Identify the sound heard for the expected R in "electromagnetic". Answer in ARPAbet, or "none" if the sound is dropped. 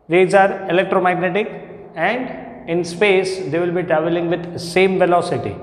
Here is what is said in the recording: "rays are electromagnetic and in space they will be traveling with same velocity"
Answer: R